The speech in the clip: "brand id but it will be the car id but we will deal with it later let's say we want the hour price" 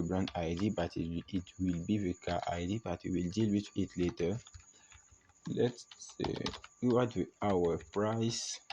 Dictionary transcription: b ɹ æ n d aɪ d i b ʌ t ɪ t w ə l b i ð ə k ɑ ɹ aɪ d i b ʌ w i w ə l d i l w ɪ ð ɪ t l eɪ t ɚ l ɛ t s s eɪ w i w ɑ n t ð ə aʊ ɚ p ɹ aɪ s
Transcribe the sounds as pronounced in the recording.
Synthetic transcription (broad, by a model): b ɹ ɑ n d aɪ d i b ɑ t ɪ t w ə l b i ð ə k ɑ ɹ aɪ d i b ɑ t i w ə l d i l w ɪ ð ɪ t l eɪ t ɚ l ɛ t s s eɪ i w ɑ t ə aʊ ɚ p ɹ aɪ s